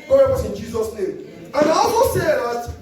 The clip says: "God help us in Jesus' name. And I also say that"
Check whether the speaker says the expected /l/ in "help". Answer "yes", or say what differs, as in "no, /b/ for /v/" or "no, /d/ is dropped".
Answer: no, /l/ is dropped